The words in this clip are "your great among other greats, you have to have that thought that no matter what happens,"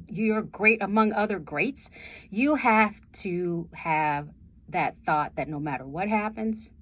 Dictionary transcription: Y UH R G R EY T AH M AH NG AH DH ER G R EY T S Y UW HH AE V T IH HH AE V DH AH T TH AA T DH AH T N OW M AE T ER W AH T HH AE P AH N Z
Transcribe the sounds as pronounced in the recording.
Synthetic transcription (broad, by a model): Y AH R G R EY T AH M AH NG AH DH ER G R EY T S Y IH HH AE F T IH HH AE V DH AH T TH AA T DH AH T N OW M AE T ER W AH T HH AE P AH N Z